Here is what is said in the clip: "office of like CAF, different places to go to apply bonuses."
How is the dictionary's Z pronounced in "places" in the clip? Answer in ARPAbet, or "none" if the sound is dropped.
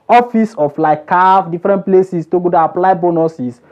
S